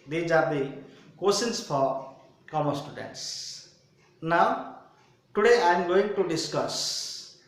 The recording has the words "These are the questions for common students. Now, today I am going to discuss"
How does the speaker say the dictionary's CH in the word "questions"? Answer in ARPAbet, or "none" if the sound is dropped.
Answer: none